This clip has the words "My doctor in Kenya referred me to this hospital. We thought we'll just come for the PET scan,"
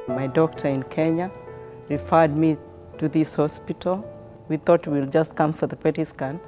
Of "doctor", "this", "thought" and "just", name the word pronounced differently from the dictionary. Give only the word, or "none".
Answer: none